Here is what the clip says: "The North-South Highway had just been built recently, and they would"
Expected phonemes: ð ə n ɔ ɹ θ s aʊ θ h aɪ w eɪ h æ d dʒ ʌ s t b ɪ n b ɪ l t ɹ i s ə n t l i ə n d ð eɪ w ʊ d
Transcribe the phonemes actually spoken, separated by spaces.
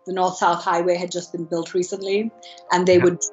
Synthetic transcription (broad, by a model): ð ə n ɔ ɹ θ s aʊ θ h aɪ w eɪ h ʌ d dʒ ʌ s b ɪ n b ɪ l t ɹ i s ə n t l i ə n ð eɪ w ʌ d